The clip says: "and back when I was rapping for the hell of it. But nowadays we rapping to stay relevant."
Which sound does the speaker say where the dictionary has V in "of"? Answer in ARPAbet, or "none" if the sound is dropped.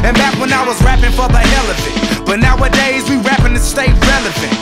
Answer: F